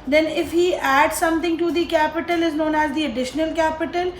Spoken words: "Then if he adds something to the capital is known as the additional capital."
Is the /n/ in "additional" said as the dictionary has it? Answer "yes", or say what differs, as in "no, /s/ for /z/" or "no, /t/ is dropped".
yes